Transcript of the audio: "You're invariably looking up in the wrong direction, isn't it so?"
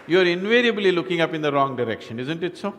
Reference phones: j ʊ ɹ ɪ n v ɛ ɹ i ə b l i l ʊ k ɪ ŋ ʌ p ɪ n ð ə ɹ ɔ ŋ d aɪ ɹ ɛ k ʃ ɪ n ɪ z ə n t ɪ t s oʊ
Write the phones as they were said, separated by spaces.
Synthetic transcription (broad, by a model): j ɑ ɹ ɪ n v ɛ ɹ i ə b l i l ʊ k ɪ ŋ ʌ p ɪ n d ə ɹ ɔ ŋ d aɪ ɹ ɛ k ʃ ɪ n ɪ z ə n t ɪ t s oʊ